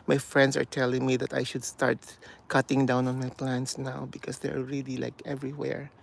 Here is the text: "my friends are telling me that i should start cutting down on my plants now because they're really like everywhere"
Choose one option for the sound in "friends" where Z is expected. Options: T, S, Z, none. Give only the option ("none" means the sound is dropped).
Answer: S